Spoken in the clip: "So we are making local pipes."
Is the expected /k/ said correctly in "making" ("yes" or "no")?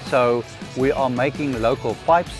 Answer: yes